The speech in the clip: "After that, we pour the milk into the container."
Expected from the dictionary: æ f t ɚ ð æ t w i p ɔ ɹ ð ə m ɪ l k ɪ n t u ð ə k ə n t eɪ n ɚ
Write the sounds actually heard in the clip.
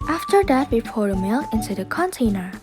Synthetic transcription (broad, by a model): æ f t ɚ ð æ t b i f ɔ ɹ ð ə m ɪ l ɪ n t u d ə k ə n t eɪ n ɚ